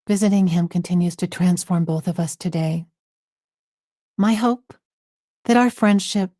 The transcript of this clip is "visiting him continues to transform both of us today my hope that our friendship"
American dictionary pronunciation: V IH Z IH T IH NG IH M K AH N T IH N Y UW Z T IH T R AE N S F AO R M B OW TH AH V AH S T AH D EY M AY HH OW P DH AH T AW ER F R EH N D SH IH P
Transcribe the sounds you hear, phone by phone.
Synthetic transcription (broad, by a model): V IH Z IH T IH NG IH M K AH N T IH N Y UW Z T IH T R AE N S F AO R M B OW TH AH V AH S T AH D EY M AY HH OW P DH AH T AW ER F R EH N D SH IH P